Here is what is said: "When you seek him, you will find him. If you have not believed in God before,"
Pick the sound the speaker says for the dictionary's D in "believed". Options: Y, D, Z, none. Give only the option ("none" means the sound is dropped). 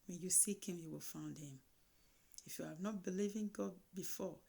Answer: none